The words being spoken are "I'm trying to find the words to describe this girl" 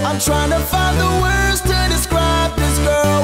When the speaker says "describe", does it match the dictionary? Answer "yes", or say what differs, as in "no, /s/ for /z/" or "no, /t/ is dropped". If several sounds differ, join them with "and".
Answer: yes